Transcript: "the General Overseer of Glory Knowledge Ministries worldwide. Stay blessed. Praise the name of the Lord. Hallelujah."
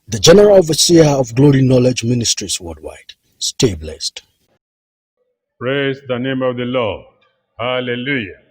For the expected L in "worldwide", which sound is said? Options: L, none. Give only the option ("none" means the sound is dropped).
none